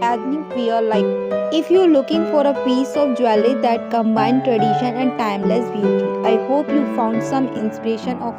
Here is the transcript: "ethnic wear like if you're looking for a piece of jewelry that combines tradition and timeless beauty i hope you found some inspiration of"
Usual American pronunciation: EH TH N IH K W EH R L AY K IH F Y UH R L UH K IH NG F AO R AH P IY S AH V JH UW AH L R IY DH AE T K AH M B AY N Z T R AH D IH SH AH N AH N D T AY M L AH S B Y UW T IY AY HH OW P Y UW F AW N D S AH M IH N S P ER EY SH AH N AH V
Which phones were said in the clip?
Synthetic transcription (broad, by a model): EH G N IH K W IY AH L AY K IH F Y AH R L UH K IH NG F AO R AH P IY S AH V JH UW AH L IY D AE T K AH M B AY N T R AH D IH SH AH N AH N D T AY M L AH S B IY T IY AY HH OW P Y UW F AW N D S AH M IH N S P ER EY SH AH N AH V